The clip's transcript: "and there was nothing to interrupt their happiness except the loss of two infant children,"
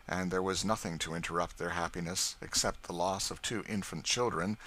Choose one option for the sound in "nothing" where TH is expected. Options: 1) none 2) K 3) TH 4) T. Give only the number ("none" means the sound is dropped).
3